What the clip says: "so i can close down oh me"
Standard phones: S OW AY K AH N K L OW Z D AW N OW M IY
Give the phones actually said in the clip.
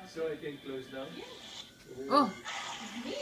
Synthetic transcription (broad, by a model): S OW AY K AH N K L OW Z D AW OW